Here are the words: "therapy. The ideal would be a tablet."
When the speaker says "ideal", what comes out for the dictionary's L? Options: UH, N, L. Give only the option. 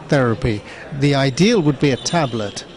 L